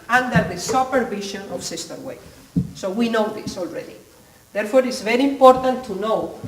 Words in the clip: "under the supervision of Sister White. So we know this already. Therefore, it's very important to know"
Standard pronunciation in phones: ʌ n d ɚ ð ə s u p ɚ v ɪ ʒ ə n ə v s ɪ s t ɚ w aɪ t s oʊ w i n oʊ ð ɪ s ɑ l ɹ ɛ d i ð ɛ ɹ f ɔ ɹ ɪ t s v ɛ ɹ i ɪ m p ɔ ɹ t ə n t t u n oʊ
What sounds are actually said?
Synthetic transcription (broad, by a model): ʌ n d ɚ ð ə s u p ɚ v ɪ ʃ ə n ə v s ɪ s t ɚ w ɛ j s oʊ w i n oʊ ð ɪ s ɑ l ɹ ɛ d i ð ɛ ɹ f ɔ ɹ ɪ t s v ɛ ɹ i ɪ m p ɔ ɹ t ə n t t u n oʊ